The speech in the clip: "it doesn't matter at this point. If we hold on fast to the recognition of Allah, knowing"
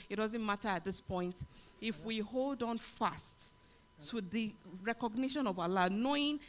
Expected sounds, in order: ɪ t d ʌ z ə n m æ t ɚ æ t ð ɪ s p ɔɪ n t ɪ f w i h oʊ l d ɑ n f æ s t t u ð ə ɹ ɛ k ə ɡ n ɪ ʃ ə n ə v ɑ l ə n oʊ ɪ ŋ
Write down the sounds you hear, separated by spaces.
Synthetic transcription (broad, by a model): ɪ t d ʌ z ə n m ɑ t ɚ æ t ð ɪ s p ɔɪ n t ɪ f w i h oʊ l d ɑ n f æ s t t u ð ə ɹ ɛ k ə ɡ n ɪ ʃ ə n ə v ɑ l ə n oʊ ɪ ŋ